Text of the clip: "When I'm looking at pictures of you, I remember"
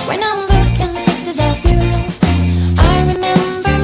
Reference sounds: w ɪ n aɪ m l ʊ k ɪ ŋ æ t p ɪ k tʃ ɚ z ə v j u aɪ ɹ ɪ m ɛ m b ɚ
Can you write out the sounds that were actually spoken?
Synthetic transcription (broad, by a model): w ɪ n aɪ m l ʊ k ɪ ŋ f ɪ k s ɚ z ə v j u aɪ ɹ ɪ m ɛ m b ɚ